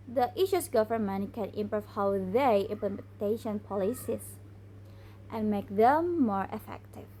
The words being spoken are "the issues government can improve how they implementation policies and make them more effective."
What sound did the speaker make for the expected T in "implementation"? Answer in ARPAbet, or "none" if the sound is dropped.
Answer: T